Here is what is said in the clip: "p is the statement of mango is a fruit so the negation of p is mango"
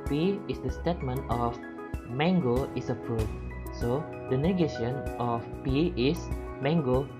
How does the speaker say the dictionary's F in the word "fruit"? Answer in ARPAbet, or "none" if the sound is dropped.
P